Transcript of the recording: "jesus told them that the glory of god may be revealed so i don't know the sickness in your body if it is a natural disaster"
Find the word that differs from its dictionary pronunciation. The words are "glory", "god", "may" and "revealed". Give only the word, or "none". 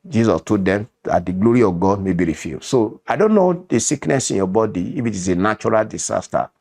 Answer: revealed